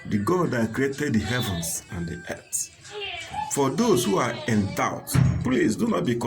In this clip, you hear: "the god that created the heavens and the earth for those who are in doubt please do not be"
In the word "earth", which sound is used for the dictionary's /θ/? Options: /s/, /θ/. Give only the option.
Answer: /s/